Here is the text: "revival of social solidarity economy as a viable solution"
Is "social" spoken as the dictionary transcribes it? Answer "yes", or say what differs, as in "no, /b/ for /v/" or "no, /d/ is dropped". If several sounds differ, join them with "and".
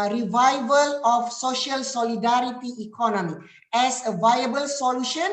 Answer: yes